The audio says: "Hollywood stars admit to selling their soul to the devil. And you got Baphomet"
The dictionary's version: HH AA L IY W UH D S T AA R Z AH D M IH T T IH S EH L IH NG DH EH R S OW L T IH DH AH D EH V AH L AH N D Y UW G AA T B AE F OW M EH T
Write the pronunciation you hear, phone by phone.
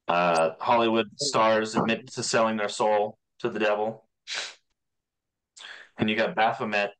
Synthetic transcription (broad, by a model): HH AA L IY W UH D S T AA R Z AH D M IH T T IH S EH L IH NG DH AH R S OW L T IH DH AH D EH V L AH N Y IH G AA T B AE F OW M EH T